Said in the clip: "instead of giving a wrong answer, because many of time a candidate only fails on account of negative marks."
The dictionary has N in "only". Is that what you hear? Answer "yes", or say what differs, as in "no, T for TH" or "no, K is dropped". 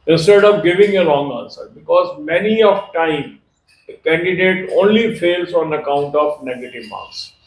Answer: yes